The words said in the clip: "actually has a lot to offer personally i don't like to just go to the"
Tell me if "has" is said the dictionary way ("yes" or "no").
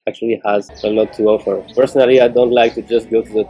yes